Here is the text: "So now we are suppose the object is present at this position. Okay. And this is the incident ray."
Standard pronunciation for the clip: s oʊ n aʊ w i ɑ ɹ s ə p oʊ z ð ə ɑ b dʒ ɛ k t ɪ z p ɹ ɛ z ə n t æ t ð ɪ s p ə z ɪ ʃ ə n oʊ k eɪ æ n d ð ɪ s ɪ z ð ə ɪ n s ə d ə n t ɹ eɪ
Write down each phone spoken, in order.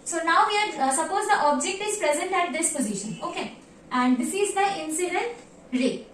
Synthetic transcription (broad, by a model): s oʊ n aʊ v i ɑ ɹ s ə p oʊ z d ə ɑ b dʒ ɛ k t ɪ z p ɹ ɛ z ə n t æ t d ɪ s p ə z ɪ ʃ ə n oʊ k eɪ æ n d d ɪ s ɪ z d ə ɪ n s ə d ə n t ɹ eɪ